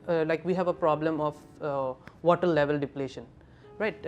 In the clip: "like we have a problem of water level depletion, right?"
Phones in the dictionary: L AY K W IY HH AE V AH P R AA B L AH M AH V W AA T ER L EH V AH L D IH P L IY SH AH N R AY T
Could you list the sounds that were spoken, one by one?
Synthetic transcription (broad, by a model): L AY K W IY HH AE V AH P R AA B L AH M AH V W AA T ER L EH V AH L D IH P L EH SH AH N R AY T